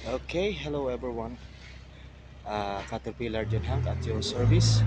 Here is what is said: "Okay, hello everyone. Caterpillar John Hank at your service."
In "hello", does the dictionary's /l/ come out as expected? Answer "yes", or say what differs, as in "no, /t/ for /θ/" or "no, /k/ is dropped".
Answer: yes